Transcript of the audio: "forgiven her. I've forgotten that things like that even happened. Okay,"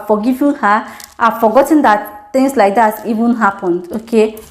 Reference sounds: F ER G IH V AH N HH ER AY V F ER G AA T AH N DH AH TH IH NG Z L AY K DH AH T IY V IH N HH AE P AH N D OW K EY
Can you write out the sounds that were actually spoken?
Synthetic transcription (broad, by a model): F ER G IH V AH HH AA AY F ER G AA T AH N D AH T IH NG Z L AY K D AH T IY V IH N HH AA P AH N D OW K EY